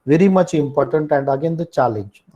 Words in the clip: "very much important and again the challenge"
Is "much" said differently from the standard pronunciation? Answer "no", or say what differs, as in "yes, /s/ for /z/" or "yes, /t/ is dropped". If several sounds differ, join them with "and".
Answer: no